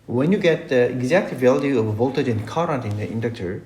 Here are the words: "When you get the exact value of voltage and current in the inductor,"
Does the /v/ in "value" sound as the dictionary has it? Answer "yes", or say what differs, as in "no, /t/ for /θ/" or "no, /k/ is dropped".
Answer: yes